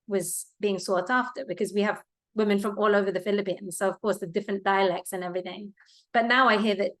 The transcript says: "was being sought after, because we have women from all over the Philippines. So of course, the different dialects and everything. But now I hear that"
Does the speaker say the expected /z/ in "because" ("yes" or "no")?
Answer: yes